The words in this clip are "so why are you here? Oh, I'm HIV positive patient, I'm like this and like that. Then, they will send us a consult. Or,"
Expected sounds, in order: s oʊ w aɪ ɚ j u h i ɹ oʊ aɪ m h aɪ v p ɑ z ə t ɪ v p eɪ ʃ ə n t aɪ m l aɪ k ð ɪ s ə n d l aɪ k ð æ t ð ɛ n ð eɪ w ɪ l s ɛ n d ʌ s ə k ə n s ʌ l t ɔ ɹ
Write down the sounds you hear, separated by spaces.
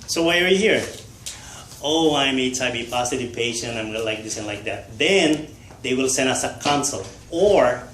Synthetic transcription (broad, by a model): s oʊ w aɪ ɚ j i h i ɹ oʊ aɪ m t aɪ b p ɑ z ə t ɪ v p eɪ ʃ ə n t aɪ m l aɪ k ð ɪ s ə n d l aɪ k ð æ t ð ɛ n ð eɪ w ɪ l s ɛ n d ʌ s ə k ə n s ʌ l ɔ ɹ